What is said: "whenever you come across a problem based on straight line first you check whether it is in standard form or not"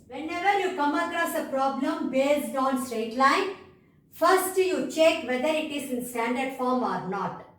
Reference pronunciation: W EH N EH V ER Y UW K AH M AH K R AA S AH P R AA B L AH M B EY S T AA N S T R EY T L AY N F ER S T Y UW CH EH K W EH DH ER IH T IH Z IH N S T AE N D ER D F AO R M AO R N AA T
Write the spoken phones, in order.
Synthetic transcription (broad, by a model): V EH N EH V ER Y UW K AH M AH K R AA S AH P R AA B L AH M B EY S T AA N S T R EY T L AY N F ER S T Y UW CH EH K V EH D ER IH T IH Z IH N S T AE N D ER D F AO R M AO R N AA T